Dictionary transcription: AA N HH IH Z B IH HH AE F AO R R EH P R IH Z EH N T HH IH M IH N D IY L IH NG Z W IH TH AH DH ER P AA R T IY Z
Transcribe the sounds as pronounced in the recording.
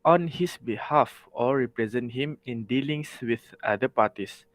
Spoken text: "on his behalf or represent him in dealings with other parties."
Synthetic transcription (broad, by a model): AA N HH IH S B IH HH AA F AO L R EH P R IH Z EH N T HH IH M IH N D IY L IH NG S W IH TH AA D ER P AA T IY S